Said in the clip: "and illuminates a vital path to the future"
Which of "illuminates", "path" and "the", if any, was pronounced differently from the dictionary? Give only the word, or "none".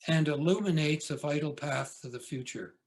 none